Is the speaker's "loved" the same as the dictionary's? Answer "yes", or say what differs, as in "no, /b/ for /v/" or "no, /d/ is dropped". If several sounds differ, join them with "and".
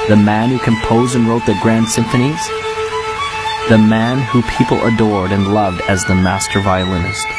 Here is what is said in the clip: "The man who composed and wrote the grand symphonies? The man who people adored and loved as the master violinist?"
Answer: yes